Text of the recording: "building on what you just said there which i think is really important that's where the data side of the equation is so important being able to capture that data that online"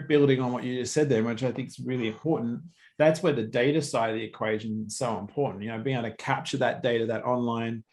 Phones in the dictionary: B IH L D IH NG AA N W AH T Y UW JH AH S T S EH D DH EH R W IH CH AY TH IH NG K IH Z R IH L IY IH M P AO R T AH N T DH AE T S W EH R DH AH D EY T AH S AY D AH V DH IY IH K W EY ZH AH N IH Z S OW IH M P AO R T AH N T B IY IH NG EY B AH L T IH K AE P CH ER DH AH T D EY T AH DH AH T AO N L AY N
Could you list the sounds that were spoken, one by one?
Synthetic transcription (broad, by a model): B IH L D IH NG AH N W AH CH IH JH AH S T S EH D DH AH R W IH CH AY TH IH NG K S R IH L IY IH M P AO R T N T DH AE T S W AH R DH AH D EY T AH S AY D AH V DH IY IH K W EY ZH AH N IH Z S OW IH M P AO R T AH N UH B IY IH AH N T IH K AE P CH ER DH AH T D EY T AH DH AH T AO N L AY N